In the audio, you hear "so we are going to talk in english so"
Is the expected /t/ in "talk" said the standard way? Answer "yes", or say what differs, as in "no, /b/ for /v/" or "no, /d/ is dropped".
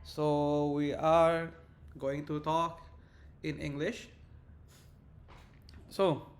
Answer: yes